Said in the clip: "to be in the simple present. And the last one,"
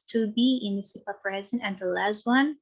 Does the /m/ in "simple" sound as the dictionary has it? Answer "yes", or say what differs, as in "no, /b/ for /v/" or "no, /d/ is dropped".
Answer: no, /m/ is dropped